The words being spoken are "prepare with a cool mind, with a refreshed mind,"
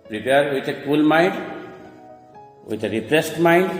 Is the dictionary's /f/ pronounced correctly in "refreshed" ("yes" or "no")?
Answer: no